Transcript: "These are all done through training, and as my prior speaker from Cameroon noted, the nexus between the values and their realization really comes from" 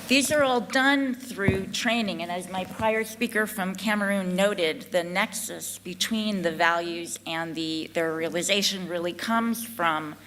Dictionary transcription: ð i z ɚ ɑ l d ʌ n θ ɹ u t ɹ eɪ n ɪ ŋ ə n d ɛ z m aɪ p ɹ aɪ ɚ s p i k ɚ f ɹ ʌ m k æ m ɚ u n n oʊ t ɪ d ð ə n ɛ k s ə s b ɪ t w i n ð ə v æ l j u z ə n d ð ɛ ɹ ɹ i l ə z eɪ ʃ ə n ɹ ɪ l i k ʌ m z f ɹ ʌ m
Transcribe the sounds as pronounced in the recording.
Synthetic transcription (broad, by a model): ð i z ɚ ɑ l d ʌ n θ ɹ u t ɹ eɪ n ɪ ŋ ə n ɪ z m aɪ p ɹ aɪ ɚ s p i k ɚ f ɹ ʌ m k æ m ɚ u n n oʊ t ɪ d ð ə n ɛ k s ə s b ɪ t w i n ð ə v æ l j u z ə n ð ð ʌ ɹ ɹ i l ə z eɪ ʃ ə n ɹ ɪ l i k ʌ m z f ɹ ʌ m